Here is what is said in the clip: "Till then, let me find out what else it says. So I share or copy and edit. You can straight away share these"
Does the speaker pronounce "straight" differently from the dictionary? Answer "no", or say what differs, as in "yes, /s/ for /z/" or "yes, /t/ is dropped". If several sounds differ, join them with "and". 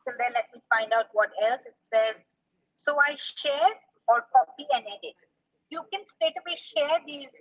yes, /ɹ/ is dropped